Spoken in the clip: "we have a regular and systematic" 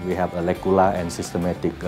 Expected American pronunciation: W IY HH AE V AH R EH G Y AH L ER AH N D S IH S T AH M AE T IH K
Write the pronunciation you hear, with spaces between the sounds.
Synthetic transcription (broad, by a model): W IY HH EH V AH L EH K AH L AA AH N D S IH S T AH M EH T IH K